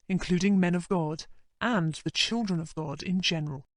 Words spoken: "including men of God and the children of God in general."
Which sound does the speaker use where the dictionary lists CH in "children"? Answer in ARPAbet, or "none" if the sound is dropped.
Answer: CH